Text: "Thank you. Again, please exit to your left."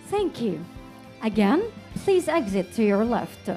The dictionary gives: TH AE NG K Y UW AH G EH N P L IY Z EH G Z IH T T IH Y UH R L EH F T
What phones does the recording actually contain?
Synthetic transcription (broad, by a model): TH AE NG K Y UW AH G EH N P L IY Z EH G Z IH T T IH Y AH R L EH F T